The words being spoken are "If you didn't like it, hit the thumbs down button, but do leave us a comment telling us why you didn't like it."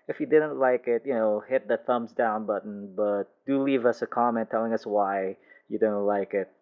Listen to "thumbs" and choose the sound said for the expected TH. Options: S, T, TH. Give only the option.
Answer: TH